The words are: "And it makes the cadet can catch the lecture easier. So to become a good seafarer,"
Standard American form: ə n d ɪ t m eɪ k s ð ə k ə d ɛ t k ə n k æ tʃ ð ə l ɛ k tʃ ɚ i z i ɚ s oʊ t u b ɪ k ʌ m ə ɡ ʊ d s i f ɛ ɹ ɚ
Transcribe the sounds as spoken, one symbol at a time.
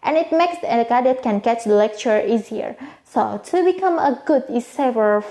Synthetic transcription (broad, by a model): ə n ɪ t m eɪ k s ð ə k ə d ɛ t k ə n k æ tʃ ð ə l ɛ k tʃ ɚ i z i ɚ s oʊ t u b ɪ k ʌ m ə ɡ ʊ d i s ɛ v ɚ